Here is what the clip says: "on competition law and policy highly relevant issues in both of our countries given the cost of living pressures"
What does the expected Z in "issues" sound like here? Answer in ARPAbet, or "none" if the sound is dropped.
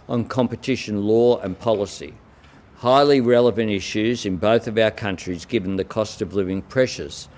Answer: Z